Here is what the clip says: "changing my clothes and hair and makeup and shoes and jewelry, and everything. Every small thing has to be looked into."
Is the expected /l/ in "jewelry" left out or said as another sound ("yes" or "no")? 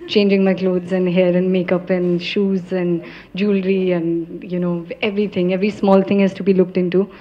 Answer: no